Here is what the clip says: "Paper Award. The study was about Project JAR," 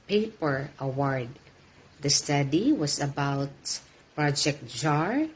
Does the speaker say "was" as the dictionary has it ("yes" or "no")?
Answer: no